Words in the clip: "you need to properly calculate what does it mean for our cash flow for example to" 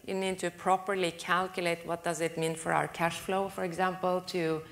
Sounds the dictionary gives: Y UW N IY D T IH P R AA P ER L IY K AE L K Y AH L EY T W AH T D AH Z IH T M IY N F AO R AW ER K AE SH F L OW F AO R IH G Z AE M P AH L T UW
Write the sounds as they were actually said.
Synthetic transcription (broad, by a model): Y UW N IY D T IH P R AA P ER L IY K AE L K Y AH L EY T W AH T D AH Z IH T M IY N F AO R AW ER K AE SH F L OW F AO R IH G Z AE M P AH L T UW